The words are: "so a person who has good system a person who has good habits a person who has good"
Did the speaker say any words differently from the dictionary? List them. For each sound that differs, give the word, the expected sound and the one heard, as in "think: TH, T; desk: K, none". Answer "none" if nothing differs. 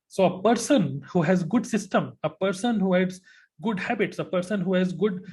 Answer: none